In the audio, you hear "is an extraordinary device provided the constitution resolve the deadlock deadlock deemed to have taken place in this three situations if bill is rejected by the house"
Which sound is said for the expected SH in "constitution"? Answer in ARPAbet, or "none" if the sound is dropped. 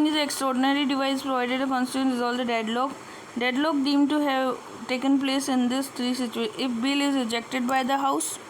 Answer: none